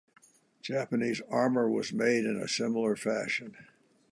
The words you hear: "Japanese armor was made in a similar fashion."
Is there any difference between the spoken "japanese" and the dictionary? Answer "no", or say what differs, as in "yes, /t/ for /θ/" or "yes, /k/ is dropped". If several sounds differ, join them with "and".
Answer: no